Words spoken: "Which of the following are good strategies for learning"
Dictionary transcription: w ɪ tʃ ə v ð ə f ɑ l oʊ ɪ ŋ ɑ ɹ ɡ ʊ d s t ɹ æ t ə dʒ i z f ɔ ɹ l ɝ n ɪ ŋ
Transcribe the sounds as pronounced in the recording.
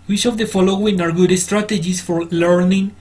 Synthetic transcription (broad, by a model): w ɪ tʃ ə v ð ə f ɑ l oʊ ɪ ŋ ɑ ɹ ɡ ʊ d s t ɹ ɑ t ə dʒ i s f ɔ ɹ l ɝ n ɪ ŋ